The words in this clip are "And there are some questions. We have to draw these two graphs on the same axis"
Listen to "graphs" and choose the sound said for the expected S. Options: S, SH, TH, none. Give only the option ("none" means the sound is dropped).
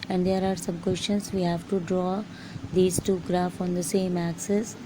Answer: none